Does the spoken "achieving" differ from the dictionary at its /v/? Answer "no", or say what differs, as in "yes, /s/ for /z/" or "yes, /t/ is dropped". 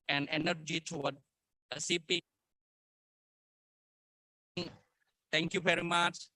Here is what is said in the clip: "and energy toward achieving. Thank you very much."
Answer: yes, /p/ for /v/